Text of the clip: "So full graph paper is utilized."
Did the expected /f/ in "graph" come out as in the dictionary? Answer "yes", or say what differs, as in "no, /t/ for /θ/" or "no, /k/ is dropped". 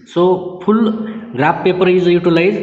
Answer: no, /p/ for /f/